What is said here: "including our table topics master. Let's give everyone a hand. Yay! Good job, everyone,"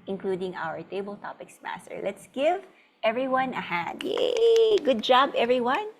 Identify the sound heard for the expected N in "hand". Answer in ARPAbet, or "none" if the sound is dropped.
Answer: none